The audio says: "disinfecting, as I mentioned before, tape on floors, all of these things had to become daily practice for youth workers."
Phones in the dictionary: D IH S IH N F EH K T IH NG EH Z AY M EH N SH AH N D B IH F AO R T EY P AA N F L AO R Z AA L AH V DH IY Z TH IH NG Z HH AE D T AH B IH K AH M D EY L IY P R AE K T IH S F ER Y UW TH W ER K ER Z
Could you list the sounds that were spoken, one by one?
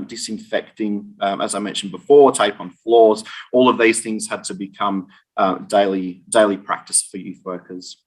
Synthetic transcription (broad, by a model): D IH S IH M F EH K T IH NG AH Z AY M EH N SH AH N B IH F AO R T EY P N F L AO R Z AA L AH V DH IY Z TH IH NG Z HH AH D T AH B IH K AH M D EY L IY P R AE K T IH S F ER Y UW TH W ER K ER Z